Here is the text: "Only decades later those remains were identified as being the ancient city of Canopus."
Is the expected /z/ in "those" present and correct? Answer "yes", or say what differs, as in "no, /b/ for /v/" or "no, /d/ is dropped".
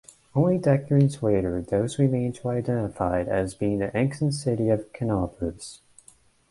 yes